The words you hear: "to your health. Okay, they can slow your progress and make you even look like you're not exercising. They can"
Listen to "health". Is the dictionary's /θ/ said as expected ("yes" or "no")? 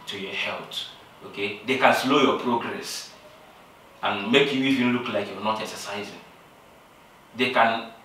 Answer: no